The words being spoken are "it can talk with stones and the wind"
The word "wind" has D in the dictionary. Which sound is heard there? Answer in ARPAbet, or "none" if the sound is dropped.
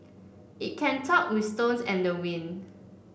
none